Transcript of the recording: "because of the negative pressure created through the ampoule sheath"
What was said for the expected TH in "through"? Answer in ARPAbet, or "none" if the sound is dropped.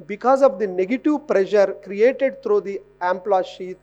T